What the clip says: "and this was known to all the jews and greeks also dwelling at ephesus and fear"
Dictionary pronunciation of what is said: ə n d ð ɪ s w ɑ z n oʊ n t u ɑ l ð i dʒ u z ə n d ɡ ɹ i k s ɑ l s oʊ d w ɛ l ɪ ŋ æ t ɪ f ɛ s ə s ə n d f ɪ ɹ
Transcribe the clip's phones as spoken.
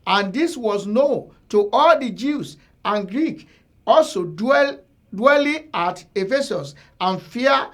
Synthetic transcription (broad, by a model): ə n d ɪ s w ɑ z n oʊ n t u ɑ l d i dʒ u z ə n ɡ ɹ i k ɑ l s oʊ d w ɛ l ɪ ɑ t ɪ f ɛ s ə s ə n f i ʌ